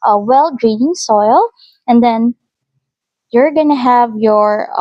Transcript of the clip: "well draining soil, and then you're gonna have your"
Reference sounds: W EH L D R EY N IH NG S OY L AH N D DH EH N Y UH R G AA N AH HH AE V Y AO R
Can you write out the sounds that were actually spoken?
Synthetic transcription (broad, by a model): W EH L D R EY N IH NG S OY L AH N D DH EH N Y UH R G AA N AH HH AE V Y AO R